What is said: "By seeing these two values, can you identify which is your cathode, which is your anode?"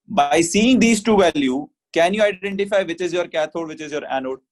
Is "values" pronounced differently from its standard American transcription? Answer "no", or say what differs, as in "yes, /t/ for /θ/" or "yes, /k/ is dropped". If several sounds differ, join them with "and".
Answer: yes, /z/ is dropped